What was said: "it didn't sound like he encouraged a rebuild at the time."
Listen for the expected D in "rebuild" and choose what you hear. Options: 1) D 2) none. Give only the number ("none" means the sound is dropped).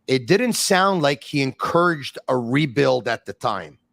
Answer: 1